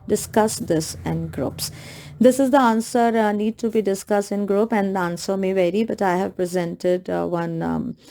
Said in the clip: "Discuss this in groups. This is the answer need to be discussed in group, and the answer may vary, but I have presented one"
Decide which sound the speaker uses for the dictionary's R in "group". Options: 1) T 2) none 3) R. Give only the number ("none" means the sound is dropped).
3